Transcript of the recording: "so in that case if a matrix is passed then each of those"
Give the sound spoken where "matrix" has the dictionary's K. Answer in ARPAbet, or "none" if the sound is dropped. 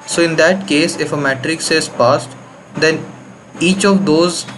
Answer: K